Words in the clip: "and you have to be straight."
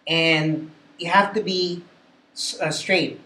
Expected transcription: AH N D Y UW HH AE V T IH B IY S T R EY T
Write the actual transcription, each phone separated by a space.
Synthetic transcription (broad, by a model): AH N Y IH HH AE F T IH B IY S T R EY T